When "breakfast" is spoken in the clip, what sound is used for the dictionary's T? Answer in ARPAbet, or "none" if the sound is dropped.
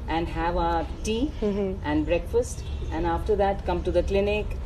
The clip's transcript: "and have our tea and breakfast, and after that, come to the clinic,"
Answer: T